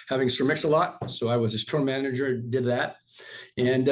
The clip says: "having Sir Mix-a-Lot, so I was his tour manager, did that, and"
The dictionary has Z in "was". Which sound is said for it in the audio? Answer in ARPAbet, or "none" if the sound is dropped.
Z